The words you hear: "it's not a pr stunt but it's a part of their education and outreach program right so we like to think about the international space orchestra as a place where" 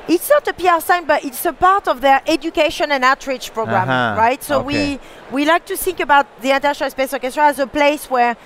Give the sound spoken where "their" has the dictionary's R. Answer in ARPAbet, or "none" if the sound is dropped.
R